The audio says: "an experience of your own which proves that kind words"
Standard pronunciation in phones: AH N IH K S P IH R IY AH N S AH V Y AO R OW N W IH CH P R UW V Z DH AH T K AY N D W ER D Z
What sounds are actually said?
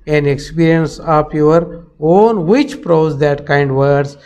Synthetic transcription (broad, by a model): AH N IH K S P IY R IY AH N S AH P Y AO R OW N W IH CH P R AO Z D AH T K AY N D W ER D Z